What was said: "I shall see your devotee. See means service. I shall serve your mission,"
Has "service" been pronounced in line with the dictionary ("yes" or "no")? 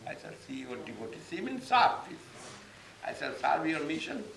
no